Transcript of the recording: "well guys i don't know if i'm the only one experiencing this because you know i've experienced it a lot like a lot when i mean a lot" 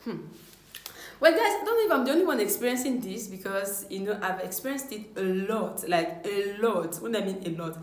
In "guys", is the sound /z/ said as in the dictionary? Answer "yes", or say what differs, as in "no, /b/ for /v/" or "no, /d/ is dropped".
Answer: no, /s/ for /z/